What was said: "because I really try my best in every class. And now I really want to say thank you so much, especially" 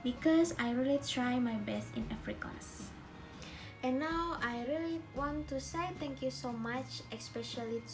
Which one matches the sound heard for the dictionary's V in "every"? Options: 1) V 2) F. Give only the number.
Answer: 2